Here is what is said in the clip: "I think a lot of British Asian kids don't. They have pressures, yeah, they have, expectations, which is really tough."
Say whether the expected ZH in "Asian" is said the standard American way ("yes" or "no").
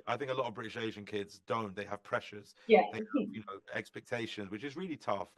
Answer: yes